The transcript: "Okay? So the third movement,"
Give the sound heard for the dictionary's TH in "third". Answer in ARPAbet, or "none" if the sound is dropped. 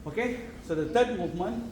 T